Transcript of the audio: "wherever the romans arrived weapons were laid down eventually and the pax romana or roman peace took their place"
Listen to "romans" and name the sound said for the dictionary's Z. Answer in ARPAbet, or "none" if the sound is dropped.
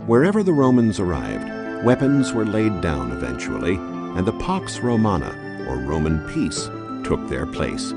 Z